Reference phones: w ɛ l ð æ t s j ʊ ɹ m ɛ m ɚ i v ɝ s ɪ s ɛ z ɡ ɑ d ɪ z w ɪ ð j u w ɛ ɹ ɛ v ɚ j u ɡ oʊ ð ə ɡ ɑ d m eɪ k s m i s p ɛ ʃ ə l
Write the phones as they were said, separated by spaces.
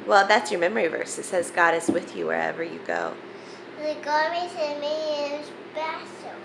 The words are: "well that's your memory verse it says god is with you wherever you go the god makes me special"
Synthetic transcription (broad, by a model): w ɛ l ð æ t s j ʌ ɹ m ɛ m ɚ i v ɝ s ɪ s ɛ z ɡ ɑ d ɪ z w ɪ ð j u w ɛ ɹ ɛ v ɚ j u ɡ oʊ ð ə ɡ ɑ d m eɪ s m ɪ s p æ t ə